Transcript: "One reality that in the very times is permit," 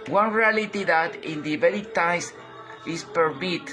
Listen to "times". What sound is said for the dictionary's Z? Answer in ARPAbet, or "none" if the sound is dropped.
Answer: S